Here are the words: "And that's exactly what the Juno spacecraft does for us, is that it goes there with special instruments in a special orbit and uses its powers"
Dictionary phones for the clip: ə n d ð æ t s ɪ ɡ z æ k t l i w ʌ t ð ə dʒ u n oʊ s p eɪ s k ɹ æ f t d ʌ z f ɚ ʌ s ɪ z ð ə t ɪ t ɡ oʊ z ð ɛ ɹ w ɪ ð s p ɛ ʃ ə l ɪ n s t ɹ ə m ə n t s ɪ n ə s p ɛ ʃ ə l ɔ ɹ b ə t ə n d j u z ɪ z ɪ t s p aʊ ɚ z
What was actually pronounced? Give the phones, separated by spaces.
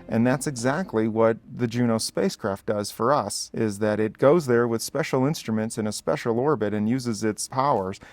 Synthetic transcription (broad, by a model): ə n ð æ t s ɪ ɡ z æ k t l i w ʌ t ð ə dʒ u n oʊ s p eɪ s k ɹ æ f t d ʌ z f ɚ ʌ s ɪ z ð ə t ɪ t ɡ oʊ z ð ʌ ɹ w ɪ ð s p ɛ ʃ l ɪ n s t ɹ ə m ə n t s ɪ n ə s p ɛ ʃ l ɔ ɹ b ə t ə n j u z ɪ z ɪ t s p aʊ ɚ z